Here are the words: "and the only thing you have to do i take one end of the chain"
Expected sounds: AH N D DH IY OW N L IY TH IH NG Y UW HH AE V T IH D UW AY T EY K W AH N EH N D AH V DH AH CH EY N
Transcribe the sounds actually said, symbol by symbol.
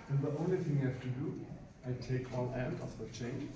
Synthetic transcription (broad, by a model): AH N DH IY OW N L IY TH IH NG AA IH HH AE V T IH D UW AY T EY K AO L EH N D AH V DH AH CH EY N